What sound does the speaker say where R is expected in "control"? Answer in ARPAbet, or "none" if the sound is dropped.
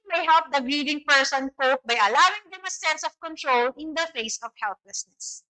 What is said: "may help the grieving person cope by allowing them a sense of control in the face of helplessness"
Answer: R